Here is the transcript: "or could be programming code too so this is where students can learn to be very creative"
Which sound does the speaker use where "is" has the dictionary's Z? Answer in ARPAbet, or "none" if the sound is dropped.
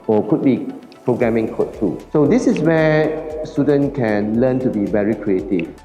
S